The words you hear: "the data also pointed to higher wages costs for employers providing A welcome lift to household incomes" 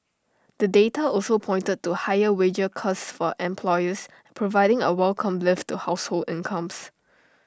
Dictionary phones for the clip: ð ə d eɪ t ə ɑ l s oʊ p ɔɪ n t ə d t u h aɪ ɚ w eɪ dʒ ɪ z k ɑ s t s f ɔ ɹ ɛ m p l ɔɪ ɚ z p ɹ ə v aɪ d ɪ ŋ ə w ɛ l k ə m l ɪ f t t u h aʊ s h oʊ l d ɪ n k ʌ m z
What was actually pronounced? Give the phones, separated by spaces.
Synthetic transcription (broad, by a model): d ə d eɪ t ə ɑ l s oʊ p ɔɪ n t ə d t u h aɪ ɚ w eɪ dʒ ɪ k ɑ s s f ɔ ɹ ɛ m p l ɔɪ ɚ s p ɹ ə v aɪ d ɪ ŋ ə w ɛ l k ə m l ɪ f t t u h aʊ s h oʊ l d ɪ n k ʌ m s